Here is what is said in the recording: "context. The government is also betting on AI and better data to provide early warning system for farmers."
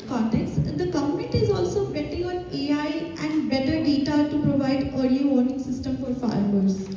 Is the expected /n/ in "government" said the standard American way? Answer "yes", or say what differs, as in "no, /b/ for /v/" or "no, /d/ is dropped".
no, /n/ is dropped